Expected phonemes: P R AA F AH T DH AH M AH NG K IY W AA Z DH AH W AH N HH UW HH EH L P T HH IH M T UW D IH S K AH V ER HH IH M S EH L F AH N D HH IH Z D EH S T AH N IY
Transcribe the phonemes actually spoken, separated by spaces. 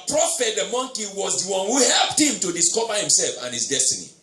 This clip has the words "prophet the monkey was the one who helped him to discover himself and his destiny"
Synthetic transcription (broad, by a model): P R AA F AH T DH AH M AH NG K IY W AA Z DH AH W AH N HH UW HH EH L P T HH IH M T UW D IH S K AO V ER HH IH M S EH L F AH N HH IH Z D EH S T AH N IY